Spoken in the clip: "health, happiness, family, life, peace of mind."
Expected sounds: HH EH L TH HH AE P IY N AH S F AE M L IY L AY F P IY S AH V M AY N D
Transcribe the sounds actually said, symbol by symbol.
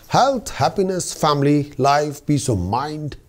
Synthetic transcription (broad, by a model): HH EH L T HH AE P IY N AH S F AE M L IY L AY F B IY S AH M AY N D